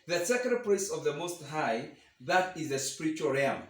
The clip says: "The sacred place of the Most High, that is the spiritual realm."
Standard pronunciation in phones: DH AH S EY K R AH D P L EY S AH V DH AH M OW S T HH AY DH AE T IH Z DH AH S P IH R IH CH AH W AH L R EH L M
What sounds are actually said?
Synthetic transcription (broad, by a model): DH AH S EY K AH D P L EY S AH V DH AH M OW S T HH AY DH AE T IH Z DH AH S P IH R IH CH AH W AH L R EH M